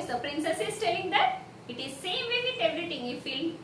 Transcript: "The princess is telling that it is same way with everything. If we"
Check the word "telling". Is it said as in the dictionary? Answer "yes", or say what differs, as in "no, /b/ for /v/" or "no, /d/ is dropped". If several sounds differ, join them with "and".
yes